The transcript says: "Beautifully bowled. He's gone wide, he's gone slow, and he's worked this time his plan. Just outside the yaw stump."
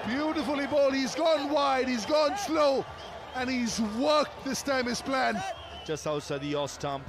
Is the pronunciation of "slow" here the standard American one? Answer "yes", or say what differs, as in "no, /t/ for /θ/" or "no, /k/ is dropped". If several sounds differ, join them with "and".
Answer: yes